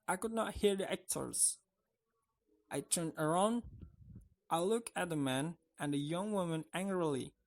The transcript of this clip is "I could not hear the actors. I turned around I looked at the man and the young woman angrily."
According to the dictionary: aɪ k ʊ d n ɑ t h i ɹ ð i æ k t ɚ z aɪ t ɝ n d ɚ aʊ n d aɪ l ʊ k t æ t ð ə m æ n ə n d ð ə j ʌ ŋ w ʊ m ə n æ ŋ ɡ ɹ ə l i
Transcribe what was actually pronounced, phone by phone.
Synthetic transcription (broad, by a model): aɪ k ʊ d n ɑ t h i ɹ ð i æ k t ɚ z aɪ t ɝ n d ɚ aʊ n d aɪ l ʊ k æ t ð ə m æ n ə n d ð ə j ʌ ŋ w ʊ m ə n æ ŋ ɡ ɹ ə l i